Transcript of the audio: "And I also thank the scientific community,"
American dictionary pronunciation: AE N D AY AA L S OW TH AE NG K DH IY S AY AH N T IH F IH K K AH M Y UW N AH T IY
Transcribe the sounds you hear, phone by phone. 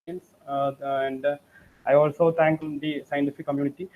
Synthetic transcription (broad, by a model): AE N D AY AA L S OW T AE NG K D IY S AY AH N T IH F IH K K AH M Y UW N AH T IY